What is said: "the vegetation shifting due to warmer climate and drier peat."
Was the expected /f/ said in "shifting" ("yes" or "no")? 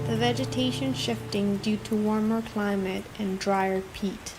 yes